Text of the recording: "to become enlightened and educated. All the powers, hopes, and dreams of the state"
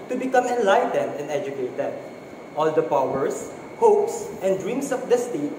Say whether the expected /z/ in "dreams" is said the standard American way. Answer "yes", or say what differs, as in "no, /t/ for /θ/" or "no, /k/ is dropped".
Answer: no, /s/ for /z/